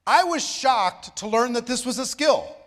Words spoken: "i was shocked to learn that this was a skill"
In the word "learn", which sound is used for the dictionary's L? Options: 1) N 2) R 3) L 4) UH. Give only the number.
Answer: 3